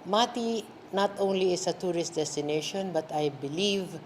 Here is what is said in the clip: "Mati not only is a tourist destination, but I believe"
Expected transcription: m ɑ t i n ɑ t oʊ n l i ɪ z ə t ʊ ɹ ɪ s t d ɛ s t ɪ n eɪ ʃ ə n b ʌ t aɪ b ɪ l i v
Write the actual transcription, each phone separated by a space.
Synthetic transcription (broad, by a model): m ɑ t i n ɑ t oʊ n l i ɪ s ə t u ɹ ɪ s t d ɛ s t ɪ n eɪ ʃ ə n b ʌ t aɪ b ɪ l i v